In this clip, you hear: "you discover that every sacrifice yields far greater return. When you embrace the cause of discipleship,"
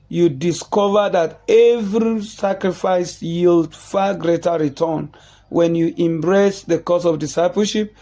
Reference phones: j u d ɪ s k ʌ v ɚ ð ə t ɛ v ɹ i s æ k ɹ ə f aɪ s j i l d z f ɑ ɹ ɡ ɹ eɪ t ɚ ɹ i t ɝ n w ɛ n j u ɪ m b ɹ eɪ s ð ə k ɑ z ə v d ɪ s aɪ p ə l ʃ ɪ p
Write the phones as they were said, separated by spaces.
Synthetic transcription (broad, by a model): j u d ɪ s k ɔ v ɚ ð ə t ɛ v ɹ i s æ k ɹ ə f aɪ s j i l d f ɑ ɡ ɹ eɪ t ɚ ɹ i t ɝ n w ɛ n j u ɪ m b ɹ eɪ s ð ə k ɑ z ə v d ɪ s aɪ p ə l ʃ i p